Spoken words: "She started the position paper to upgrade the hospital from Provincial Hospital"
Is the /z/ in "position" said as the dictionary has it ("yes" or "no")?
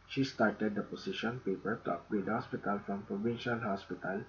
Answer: no